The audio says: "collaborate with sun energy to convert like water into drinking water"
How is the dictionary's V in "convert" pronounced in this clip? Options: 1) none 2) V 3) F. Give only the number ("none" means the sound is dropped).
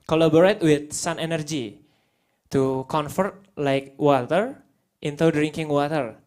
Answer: 3